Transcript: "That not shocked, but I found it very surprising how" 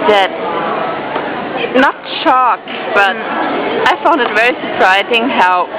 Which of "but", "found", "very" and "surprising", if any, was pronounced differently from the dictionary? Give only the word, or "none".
none